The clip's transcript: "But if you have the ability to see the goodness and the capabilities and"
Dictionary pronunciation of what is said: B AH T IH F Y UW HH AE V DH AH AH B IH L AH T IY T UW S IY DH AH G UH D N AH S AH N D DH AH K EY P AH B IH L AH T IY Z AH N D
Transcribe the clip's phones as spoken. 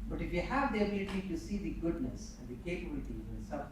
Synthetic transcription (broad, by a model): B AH T IH F Y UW HH AE V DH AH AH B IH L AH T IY T UW S IY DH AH G UH D N AH S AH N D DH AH K EY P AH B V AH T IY AH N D